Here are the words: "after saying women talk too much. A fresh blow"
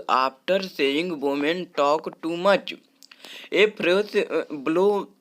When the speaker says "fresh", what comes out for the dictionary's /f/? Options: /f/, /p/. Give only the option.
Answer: /p/